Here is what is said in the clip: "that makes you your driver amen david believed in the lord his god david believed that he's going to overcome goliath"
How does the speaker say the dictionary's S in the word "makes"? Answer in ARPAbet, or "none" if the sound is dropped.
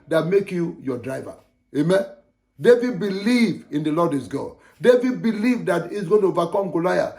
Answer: none